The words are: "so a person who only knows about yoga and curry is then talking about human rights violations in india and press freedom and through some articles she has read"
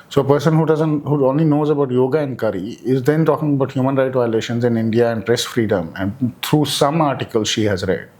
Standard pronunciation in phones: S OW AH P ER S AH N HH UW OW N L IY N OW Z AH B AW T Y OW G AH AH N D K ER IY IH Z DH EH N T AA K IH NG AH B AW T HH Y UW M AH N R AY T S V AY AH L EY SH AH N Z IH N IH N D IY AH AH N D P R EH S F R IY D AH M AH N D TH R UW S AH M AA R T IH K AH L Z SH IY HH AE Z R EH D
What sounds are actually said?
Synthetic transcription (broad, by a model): S OW AH P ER S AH N HH UW OW N L IY N OW Z AH B AW T Y OW G AH AH N D K ER IY IH Z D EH N T AA K IH NG AH B AW T HH Y UW M AH N R AY T V AY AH L EY SH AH N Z IH N IH N D IY AH AH N D P R EH S F R IY D AH M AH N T R UW S AH M AA R T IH K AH L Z SH IY HH AE Z R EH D